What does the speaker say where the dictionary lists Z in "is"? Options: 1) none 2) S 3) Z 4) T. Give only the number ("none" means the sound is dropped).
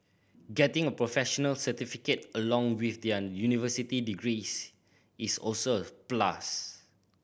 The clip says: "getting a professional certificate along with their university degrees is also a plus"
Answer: 2